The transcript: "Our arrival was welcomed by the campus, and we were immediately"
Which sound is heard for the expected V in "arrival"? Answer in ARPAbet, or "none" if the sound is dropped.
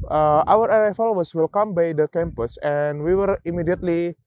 F